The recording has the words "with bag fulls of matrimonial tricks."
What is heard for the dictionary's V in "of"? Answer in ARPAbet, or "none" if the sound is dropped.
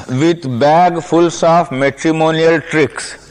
F